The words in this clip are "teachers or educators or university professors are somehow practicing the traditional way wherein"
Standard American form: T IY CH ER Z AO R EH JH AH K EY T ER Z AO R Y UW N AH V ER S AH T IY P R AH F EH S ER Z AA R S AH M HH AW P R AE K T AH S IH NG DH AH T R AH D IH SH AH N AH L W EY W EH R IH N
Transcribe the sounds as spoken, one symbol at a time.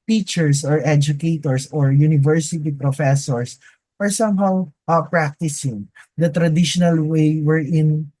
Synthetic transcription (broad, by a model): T IY CH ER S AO R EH JH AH K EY T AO S AO R Y UW N AH V ER S AH T IY P R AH F EH S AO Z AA R S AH M HH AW P R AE K T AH S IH NG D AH T R AH D IH SH AH N AH L W EY W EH R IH N